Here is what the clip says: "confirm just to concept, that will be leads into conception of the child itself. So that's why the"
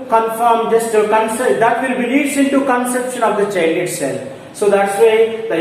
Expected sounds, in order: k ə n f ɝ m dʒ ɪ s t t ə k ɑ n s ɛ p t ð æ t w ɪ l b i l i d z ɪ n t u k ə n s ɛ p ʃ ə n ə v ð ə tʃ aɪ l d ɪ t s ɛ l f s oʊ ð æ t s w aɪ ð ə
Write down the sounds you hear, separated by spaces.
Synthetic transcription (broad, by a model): k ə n f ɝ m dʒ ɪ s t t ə k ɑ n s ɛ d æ t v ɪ l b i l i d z ɪ n t u k ə n s ɛ p ʃ ə n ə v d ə tʃ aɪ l ɪ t s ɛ l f s oʊ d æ t s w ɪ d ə